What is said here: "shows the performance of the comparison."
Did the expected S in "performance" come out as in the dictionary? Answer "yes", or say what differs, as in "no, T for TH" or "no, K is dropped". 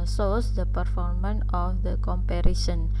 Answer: no, S is dropped